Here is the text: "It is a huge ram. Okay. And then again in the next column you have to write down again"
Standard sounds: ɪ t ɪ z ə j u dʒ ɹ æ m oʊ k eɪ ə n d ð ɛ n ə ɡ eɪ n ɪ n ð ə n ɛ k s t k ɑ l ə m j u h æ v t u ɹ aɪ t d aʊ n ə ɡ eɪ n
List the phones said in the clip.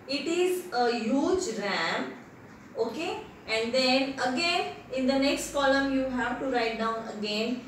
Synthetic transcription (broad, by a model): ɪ t ɪ z ə j u dʒ ɹ æ m oʊ k eɪ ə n d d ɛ n ə ɡ eɪ n ɪ n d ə n ɛ k s t k ɑ l ə m j u h æ v t u ɹ aɪ t d aʊ n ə ɡ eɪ n